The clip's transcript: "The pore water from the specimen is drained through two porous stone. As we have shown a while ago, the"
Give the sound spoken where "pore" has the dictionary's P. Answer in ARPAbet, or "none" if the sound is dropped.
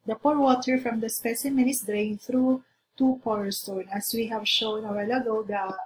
P